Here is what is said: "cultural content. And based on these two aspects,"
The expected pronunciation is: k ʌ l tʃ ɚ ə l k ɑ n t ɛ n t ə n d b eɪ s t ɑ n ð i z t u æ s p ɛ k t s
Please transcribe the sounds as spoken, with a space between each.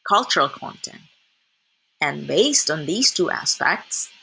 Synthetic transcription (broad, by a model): k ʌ l tʃ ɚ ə l k ɑ n t ɛ n t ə n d b eɪ s t n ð i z t u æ s p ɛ k t s